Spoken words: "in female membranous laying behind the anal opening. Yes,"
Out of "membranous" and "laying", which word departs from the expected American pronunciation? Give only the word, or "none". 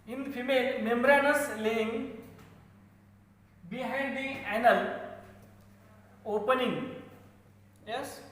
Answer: none